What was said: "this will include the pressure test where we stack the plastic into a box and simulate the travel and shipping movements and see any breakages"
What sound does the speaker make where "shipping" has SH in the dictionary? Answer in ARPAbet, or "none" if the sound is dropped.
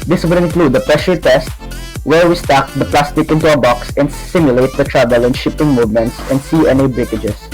SH